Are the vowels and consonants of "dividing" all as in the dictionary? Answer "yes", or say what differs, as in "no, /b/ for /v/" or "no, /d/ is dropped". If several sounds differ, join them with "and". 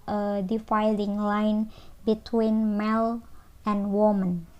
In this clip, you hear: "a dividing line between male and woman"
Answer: no, /f/ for /v/